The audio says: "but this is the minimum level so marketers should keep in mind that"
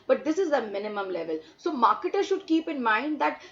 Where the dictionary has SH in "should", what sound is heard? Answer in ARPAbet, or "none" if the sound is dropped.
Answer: SH